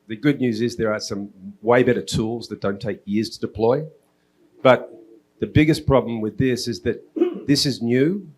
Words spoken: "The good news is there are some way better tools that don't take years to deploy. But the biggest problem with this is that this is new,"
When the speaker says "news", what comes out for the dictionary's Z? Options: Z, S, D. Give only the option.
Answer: Z